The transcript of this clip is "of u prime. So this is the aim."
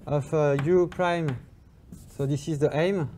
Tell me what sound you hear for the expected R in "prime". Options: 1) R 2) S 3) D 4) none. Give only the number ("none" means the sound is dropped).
1